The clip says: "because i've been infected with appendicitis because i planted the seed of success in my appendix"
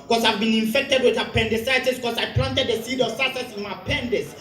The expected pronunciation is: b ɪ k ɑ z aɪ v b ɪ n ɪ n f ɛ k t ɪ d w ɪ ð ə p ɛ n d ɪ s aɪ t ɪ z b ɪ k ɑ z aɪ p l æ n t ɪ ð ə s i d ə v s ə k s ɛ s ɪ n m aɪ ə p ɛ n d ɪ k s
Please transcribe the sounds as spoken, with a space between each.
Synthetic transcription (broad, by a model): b k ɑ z aɪ v b ɪ n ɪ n f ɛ k t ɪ d w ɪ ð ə p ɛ n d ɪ s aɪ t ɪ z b k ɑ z aɪ p l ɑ n t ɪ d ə s i d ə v s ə s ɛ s ɪ n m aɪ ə p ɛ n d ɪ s